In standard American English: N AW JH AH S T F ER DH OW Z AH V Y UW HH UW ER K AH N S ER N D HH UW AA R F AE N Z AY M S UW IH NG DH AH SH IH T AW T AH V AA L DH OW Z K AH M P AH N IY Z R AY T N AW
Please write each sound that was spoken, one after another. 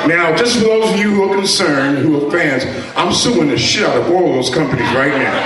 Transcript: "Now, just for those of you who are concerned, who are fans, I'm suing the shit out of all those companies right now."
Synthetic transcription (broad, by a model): N AW JH AH S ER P OW AH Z Y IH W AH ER K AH N S ER N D HH UW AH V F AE N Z AY M S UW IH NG DH AH SH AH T T AH V AA L DH OW Z K AH M P AH N IY Z R AY T N AW